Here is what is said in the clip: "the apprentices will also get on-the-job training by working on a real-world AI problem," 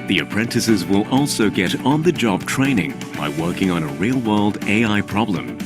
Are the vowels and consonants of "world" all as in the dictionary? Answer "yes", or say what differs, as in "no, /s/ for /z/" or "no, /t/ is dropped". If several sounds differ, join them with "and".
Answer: yes